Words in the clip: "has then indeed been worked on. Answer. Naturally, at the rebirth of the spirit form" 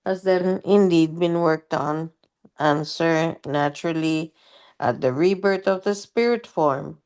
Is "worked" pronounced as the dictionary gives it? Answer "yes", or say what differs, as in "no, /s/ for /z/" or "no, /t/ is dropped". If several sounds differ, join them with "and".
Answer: yes